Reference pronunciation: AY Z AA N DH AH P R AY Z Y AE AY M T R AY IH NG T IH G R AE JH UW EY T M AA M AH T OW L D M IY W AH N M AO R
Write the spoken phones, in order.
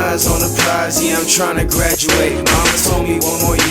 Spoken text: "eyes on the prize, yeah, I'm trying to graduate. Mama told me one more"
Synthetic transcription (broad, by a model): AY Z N DH AH P R AY Z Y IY AY M T R AY IH NG T IH G R AE JH UW EY T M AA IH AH S OW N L IY W AH N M AO R